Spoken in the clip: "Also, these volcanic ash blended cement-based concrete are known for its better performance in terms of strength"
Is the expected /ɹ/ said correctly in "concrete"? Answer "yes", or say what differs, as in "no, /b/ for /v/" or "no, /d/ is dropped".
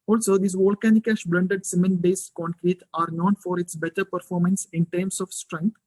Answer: yes